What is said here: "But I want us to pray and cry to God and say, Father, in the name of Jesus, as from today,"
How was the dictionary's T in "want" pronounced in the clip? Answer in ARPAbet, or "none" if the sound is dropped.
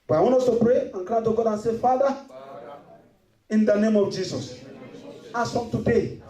none